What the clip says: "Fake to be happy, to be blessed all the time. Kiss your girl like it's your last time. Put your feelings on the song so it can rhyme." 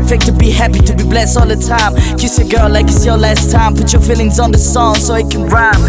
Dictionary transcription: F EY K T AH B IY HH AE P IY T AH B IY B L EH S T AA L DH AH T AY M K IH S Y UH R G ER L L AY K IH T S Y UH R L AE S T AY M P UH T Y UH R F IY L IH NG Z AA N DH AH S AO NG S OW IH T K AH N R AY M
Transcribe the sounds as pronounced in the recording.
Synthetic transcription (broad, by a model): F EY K T AH B IY HH AE P IY T AH B IY B L EH S T AA L DH AH T AY M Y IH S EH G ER L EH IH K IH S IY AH L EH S T AY M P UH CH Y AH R F IY L IH NG Z N DH AH S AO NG S OW IH T K AH N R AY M